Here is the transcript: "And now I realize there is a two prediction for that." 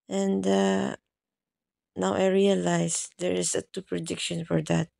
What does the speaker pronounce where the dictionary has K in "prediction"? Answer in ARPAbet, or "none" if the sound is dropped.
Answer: K